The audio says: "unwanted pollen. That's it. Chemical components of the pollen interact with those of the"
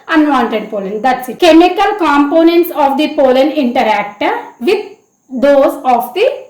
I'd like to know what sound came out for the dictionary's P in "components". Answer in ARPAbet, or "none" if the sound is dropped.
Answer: P